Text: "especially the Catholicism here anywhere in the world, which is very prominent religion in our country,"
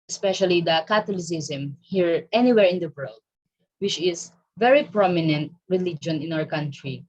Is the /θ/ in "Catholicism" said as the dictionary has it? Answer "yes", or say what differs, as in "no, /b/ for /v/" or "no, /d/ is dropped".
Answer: no, /t/ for /θ/